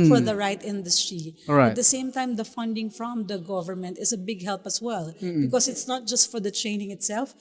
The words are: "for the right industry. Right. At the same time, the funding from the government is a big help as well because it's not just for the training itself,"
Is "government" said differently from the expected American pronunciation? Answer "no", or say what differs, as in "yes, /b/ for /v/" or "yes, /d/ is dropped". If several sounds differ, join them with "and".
no